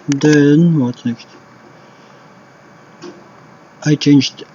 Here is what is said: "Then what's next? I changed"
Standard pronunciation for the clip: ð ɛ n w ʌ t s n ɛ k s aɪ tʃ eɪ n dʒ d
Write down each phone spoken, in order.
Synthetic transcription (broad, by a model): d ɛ n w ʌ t n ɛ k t aɪ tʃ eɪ n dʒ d